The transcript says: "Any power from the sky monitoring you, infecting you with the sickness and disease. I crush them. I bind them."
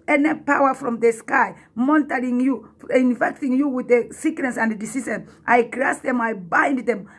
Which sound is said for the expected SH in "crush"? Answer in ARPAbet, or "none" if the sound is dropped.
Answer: S